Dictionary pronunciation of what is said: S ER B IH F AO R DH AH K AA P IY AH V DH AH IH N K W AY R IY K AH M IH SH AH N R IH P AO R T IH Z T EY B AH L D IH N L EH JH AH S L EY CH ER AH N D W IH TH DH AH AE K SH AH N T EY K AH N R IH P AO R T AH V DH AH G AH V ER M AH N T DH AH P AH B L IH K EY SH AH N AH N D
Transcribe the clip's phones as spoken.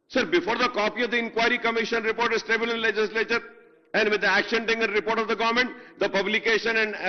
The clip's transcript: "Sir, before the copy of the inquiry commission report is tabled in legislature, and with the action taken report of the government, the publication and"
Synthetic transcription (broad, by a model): S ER B IH F AO R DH AH K AA P IY AH V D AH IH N K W AY R IY K AH M IH SH AH N R IH P AO R T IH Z T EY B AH L IH N L EH JH AH S L EY CH ER AH N D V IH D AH AE K SH AH N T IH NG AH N R IH P AO R T AH V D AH G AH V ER M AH N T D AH P AH B L IH K EY SH AH N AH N D